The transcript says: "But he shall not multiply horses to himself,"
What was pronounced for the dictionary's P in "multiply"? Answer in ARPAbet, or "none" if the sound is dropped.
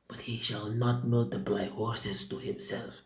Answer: B